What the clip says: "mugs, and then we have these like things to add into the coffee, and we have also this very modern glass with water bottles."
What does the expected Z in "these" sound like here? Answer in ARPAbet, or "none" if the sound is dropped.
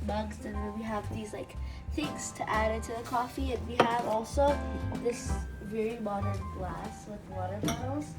Z